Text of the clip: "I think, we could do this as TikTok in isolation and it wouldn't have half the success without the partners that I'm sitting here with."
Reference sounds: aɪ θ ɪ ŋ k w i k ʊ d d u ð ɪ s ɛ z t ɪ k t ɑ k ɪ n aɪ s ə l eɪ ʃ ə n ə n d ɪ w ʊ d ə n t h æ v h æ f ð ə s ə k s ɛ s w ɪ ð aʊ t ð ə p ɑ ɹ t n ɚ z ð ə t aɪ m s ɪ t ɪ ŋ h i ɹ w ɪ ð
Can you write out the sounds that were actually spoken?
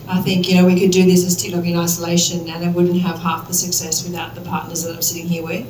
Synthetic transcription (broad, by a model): aɪ θ ɪ ŋ k w i k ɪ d d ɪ ð ɪ s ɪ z t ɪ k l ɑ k ɪ n aɪ s ə l eɪ ʃ ə n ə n ɪ w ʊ d n t h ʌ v h æ f ð ə s ə k s ɛ s w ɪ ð aʊ t ð ə p ɑ ɹ t n ɚ z ð ə t aɪ m s ɪ t ɪ ŋ h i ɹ w ɪ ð